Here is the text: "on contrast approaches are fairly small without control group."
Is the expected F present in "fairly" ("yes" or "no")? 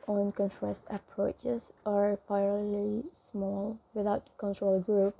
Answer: no